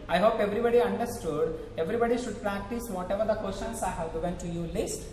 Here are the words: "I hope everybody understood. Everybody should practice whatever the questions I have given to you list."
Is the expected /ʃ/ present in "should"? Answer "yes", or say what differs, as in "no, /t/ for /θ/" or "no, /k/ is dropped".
yes